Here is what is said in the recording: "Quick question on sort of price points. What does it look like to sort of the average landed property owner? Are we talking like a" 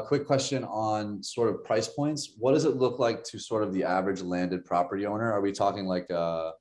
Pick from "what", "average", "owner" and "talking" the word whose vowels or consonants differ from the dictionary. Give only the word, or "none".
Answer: none